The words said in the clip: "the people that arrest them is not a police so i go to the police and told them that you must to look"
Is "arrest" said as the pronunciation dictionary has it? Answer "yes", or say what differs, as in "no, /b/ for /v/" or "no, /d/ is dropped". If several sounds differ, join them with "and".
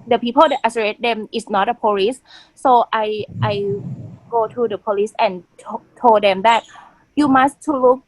no, /s/ is dropped